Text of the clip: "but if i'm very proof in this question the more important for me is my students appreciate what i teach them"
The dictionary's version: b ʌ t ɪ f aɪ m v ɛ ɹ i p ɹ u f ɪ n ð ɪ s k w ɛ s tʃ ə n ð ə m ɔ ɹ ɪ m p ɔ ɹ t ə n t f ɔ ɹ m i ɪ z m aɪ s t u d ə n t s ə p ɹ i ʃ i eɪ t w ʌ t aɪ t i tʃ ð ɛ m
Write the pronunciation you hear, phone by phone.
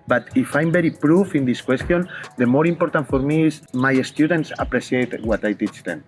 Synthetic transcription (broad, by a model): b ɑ t ɪ f aɪ m b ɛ ɹ i p ɹ u f ɪ n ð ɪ s k w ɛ s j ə n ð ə m ɔ ɹ ɪ m p ɔ ɹ t ə n t f ɔ ɹ m i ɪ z m aɪ s t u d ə n t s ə p ɹ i s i eɪ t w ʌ t aɪ t i tʃ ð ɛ m